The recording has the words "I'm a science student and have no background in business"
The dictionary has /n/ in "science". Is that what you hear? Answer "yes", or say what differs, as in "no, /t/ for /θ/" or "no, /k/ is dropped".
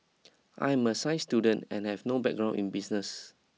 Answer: no, /n/ is dropped